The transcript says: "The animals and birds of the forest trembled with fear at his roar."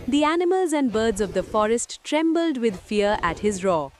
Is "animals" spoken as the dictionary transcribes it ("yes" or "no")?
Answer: yes